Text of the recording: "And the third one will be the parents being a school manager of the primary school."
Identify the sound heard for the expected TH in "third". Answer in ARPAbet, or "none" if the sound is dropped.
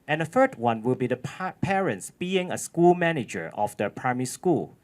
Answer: F